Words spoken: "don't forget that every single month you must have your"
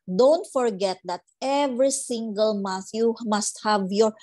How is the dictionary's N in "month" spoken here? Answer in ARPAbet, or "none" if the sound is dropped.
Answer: none